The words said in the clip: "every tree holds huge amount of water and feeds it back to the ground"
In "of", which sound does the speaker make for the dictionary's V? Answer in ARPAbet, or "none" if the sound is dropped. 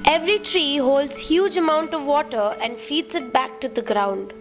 V